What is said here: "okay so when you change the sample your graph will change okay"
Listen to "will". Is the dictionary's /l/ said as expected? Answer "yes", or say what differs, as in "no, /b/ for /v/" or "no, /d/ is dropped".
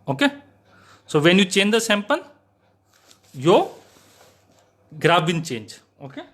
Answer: no, /n/ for /l/